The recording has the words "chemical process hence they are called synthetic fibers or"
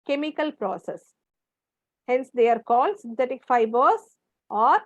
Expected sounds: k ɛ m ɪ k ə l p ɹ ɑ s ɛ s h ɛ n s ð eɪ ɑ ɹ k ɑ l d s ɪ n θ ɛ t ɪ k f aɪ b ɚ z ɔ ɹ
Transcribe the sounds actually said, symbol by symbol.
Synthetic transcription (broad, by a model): k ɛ m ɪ k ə l p ɹ ɑ s ɛ s h ɛ n s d eɪ ɑ ɹ k ɑ l d s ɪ n t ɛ t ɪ k f aɪ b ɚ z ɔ ɹ